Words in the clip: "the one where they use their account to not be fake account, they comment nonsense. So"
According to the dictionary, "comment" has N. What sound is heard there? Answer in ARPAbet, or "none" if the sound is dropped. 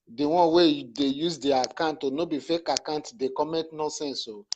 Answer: none